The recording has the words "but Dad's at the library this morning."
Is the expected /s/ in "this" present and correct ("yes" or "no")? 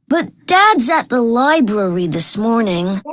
yes